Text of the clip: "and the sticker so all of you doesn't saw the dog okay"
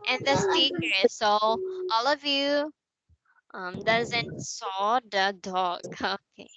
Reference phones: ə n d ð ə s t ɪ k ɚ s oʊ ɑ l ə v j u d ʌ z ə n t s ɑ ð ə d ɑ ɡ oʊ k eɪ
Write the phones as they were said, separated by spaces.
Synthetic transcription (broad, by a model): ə n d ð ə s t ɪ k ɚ s oʊ ɑ l ə v j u d ʌ z ə n t s ɑ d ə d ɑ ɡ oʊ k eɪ